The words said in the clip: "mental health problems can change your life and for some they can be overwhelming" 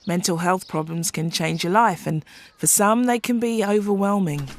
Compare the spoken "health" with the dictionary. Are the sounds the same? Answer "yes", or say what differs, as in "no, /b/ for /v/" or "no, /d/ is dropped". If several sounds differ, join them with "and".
yes